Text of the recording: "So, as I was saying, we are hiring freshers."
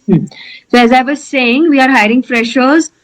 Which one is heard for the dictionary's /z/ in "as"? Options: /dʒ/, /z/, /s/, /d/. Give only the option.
/z/